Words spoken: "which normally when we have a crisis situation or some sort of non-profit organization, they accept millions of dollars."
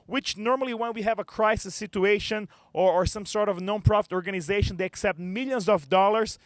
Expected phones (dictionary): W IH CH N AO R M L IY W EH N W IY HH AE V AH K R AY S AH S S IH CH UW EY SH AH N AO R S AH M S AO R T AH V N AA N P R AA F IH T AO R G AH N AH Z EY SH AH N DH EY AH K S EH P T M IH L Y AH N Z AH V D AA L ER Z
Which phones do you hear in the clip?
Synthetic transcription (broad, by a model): W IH CH N AO R M L IY W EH N W IY HH AE V AH K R AY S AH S S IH CH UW EY SH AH N AO R S AH M S AO R T AH V N AA N P R AA F IH T AO R G AH N AH Z EY SH AH N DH EY AH K S EH P T M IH L Y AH N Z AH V D AA L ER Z